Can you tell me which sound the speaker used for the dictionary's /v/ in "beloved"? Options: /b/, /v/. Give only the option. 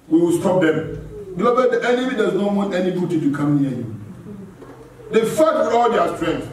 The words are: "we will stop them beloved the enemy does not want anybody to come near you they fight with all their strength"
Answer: /b/